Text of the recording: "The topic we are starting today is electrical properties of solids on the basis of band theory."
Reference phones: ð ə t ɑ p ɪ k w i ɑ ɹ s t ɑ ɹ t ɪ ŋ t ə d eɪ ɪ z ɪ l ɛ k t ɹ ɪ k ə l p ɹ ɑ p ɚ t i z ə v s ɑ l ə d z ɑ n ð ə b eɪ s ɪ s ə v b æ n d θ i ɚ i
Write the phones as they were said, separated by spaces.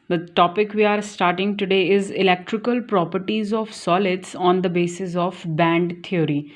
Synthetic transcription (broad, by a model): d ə t ɑ p ɪ k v i ɑ ɹ s t ɑ ɹ t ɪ ŋ t ə d eɪ ɪ z ɪ l ɛ k t ɹ ɪ k ə l p ɹ ɑ p ɚ t i z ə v s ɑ l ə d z ɑ n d ə b eɪ s ɪ s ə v b æ n d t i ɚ i